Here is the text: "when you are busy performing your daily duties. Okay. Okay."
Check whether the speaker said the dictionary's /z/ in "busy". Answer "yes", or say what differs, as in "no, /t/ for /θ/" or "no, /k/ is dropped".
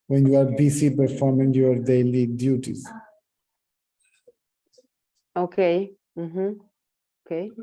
no, /s/ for /z/